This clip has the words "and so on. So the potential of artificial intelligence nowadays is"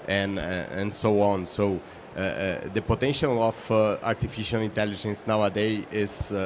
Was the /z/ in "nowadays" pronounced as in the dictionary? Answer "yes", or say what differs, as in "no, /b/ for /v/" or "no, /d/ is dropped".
no, /z/ is dropped